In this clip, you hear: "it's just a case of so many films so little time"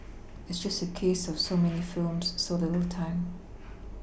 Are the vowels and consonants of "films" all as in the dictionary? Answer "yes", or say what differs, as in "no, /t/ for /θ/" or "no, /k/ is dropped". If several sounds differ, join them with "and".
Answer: yes